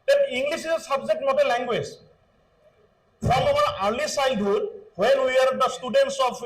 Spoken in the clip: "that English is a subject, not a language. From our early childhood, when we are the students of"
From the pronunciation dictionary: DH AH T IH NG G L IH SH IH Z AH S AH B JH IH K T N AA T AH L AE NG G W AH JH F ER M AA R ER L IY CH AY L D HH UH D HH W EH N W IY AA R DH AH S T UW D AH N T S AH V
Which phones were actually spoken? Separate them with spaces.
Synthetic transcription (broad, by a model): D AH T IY NG G L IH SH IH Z AH S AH B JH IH K T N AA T AH L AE NG G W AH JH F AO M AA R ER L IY S AY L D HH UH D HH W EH N W IY AA R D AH S T UW D AH N T S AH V